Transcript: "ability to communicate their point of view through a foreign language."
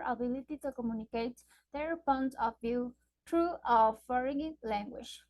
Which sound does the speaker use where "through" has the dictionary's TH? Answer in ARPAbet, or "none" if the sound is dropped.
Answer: T